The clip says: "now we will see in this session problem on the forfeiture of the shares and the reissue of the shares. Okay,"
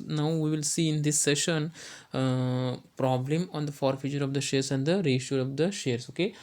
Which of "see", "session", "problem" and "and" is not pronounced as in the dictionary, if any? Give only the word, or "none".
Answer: none